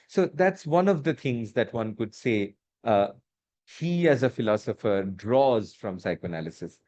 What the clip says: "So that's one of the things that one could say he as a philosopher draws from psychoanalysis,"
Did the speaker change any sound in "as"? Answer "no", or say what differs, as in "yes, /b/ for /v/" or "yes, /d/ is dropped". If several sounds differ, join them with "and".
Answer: no